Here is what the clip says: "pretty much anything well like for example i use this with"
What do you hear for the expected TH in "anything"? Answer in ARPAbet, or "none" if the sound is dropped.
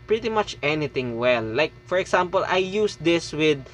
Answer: T